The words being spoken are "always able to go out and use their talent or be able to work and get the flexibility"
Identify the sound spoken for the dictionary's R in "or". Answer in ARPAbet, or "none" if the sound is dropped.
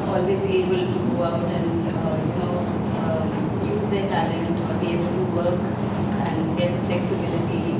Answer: L